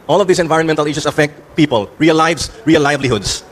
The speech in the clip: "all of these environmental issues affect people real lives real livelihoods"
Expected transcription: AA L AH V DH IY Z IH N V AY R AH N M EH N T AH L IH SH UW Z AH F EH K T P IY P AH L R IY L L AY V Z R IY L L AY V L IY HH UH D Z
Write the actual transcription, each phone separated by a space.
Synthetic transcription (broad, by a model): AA L AH V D IY S IH N V AY R AH N M EH N T AH L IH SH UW S AH F EH K T P IY P AH L R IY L L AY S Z R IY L L AY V L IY HH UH D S